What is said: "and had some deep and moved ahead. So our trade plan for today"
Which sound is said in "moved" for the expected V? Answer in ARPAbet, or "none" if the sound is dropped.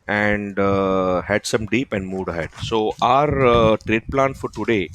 none